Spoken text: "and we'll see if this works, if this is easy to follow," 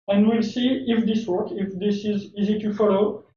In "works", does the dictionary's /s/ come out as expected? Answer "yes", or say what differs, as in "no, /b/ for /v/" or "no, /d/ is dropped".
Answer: no, /s/ is dropped